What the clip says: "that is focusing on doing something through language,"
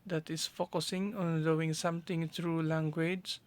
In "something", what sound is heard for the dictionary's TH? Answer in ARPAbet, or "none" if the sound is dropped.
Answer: T